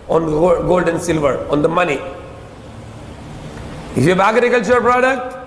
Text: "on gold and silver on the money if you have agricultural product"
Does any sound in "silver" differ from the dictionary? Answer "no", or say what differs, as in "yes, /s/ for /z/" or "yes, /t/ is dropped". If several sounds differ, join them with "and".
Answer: no